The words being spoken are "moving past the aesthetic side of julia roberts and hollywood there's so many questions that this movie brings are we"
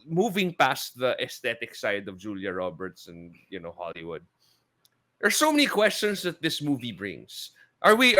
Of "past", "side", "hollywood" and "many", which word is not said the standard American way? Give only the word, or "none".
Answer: none